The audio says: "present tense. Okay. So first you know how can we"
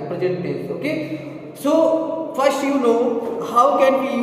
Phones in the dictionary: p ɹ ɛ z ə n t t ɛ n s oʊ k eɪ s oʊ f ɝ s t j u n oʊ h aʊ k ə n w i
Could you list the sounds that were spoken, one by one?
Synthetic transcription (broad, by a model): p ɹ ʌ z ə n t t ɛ s oʊ k eɪ s oʊ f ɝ s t j u n oʊ h aʊ k ə n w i